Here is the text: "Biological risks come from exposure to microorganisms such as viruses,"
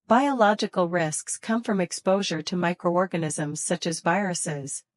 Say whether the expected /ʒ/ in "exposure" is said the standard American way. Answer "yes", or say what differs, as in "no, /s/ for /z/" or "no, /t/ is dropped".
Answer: yes